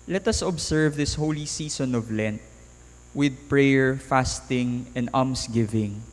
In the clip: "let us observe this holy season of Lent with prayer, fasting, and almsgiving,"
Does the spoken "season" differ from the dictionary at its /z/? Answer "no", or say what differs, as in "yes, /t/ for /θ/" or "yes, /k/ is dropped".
yes, /s/ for /z/